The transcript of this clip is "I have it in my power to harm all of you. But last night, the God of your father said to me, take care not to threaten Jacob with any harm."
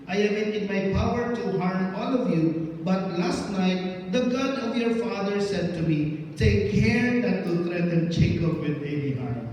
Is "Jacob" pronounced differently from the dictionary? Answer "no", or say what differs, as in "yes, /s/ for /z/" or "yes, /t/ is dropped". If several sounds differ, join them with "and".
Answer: yes, /tʃ/ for /dʒ/